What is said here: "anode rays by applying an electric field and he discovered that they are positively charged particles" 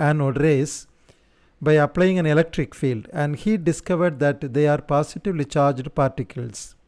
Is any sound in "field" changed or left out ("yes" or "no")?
no